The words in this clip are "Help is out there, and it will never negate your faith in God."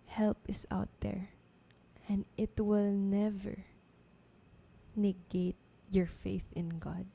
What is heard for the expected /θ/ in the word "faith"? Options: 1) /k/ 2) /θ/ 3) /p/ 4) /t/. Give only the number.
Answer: 2